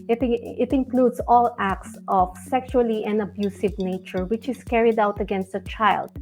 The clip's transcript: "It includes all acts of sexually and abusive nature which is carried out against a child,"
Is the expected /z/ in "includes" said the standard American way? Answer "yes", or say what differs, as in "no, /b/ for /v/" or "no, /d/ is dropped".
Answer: no, /s/ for /z/